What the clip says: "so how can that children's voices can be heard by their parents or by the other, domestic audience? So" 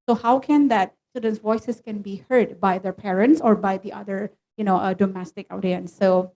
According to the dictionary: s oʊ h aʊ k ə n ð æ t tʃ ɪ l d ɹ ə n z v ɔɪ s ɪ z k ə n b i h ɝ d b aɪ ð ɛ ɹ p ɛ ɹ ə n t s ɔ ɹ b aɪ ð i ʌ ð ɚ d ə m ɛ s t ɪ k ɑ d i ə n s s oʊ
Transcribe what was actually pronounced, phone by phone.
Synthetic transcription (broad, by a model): s oʊ h aʊ k ə n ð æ t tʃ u d ə n s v ɔɪ s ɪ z k ə n b i h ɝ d b aɪ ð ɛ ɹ p ɛ ɹ ə n t s ɔ ɹ b aɪ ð i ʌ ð ɚ d ə m ɛ s t ɪ k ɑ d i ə n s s oʊ